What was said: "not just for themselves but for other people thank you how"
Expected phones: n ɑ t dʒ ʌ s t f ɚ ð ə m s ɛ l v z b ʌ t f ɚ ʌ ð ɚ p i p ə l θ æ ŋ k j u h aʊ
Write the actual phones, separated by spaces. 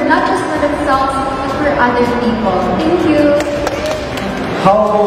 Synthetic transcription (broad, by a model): n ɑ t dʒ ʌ s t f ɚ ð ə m s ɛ l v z b ʌ t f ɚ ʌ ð ɚ p i p ə l t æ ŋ k j u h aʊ